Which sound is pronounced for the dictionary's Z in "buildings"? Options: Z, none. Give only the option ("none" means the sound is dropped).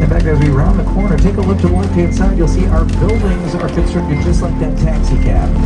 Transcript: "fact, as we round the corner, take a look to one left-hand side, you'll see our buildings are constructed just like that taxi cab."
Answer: Z